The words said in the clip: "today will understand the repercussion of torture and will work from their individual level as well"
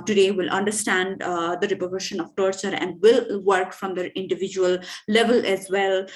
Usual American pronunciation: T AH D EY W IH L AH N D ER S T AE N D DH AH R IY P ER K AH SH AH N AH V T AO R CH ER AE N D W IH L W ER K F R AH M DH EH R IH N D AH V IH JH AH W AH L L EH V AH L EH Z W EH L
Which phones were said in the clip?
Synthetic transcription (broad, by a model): T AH D EY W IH L AH N D ER S T AE N D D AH R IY P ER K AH SH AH N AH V T AO R CH ER AE N D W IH L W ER K F R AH M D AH R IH N D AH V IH JH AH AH L L EH V AH L EH Z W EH L